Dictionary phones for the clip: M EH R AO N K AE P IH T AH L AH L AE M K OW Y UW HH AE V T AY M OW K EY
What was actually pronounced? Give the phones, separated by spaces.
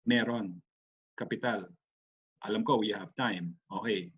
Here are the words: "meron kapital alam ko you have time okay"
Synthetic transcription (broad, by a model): M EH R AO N K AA P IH T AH L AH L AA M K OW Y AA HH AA P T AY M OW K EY